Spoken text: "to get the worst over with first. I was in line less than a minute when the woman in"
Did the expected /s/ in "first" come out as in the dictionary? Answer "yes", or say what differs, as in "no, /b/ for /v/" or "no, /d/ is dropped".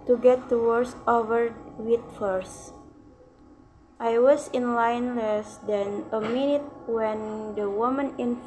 yes